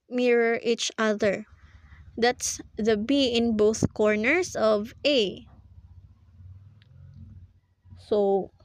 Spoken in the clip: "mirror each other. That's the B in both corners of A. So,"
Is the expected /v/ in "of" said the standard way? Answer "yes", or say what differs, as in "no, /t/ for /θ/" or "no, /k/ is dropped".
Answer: yes